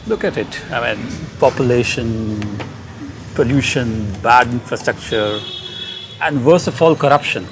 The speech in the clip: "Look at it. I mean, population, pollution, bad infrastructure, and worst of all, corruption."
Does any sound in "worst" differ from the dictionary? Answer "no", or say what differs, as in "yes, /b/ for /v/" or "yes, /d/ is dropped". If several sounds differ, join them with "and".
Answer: yes, /t/ is dropped